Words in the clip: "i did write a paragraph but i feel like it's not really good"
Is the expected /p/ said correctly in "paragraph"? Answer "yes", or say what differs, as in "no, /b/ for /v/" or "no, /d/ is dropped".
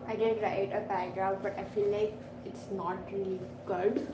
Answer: no, /b/ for /p/